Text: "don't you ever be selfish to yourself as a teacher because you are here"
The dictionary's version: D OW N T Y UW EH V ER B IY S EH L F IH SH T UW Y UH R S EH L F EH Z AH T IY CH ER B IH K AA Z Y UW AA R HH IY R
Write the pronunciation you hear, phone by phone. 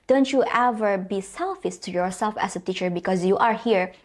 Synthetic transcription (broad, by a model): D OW N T Y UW EH V ER B IY S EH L F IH S T UW Y UH R S EH L F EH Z AH T IY CH ER B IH K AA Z Y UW AA R HH IY R